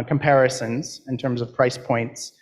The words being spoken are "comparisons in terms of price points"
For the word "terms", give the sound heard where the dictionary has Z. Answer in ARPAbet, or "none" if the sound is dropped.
Z